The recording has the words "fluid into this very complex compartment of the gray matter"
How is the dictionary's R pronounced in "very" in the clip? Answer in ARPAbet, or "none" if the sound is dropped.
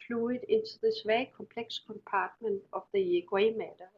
none